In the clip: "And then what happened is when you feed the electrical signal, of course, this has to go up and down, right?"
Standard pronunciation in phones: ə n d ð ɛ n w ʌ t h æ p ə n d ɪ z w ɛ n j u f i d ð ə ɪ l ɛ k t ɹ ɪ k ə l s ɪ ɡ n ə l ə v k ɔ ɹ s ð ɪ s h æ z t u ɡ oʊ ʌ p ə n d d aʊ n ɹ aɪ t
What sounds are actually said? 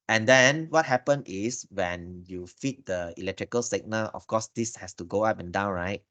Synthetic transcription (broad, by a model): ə n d ɛ n w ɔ t h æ p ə n ɪ s w ɛ n j u f i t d ə ɪ l ɛ k t ɹ ɪ k ə l s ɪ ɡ n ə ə f k ɔ s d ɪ s h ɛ s t u ɡ oʊ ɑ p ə n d d aʊ n ɹ aɪ t